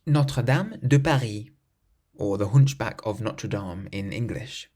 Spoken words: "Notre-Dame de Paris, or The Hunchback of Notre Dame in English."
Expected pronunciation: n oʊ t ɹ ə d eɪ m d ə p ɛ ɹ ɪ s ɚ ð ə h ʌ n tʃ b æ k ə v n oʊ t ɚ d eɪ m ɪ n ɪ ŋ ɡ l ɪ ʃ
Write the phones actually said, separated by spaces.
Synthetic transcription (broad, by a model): n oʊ t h ə d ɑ m d ə p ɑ ɹ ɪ ɔ ð ə h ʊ n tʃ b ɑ k ə v n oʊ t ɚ d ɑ m ɪ n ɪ ŋ ɡ l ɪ ʃ